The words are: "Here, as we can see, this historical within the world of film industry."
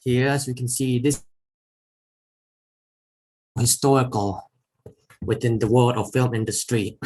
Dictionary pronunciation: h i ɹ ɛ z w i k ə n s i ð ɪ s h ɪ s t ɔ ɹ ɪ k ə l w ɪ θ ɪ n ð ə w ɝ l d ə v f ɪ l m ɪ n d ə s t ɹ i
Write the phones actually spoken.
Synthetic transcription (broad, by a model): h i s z w i k ə n s i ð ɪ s h ɪ s t ɔ ɹ ɪ k ə l w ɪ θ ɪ n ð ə w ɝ l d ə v f ɪ l m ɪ n d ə s t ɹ i